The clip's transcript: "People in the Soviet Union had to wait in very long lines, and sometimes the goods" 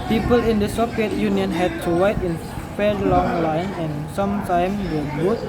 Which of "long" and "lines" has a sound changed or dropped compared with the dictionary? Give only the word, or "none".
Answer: lines